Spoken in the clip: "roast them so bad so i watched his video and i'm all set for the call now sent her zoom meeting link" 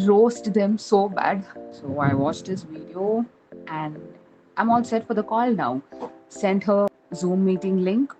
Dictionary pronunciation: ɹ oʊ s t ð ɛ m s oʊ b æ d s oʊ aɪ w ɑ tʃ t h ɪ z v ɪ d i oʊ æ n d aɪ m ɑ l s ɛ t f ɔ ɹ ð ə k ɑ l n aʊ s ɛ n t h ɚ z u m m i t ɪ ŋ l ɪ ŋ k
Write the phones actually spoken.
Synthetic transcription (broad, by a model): ɹ oʊ s t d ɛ m s oʊ b æ d s oʊ aɪ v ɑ tʃ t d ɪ s v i d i oʊ æ n d aɪ m ɑ l s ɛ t f ɔ ɹ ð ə k ɑ l n aʊ s ɛ n t h ɚ z u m m i t ɪ ŋ l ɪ ŋ k